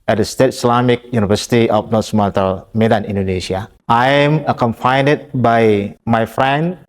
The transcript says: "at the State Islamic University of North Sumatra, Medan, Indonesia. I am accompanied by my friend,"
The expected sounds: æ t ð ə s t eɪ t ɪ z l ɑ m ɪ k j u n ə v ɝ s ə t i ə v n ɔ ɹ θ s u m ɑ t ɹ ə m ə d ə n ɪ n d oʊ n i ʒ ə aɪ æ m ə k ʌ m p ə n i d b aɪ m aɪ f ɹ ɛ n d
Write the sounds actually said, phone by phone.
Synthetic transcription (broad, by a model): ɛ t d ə s t eɪ t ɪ s l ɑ m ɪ k j u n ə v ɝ s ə t i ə f n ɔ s m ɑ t ə m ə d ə n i n d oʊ n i ʃ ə aɪ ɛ m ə k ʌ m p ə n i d b aɪ m aɪ f ɹ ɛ n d